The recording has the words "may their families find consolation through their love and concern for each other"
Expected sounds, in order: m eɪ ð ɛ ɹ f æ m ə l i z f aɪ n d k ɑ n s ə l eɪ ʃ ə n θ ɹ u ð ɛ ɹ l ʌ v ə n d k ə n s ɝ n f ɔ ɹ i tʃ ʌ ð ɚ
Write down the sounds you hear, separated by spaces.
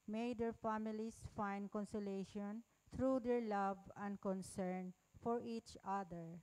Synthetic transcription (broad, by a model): m eɪ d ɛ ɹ f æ m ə l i s f aɪ n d k ɑ n s ə l eɪ ʃ ə n t ɹ u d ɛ ɹ l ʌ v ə n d k ə n s ɝ n f ɔ ɹ i tʃ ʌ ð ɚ